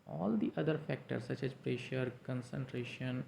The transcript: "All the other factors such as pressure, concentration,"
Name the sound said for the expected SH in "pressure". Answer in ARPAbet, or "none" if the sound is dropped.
SH